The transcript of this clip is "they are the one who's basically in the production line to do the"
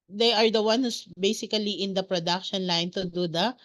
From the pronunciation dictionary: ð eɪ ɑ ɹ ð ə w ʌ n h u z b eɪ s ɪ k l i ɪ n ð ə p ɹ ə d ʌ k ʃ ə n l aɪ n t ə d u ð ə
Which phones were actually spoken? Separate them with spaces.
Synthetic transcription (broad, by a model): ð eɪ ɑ ɹ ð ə w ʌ n h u s b eɪ s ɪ k l i ɪ n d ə p ɹ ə d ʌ k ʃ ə n l aɪ n t ə d u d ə